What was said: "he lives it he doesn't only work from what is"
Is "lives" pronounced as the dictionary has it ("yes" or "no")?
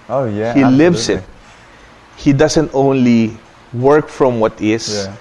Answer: no